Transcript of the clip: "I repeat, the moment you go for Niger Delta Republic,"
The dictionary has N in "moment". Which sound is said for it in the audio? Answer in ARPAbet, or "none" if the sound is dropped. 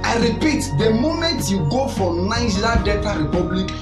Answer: none